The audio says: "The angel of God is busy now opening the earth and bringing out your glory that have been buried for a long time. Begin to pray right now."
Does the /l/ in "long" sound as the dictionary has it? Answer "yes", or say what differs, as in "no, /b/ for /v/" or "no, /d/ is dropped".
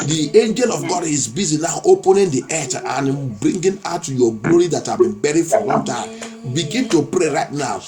no, /w/ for /l/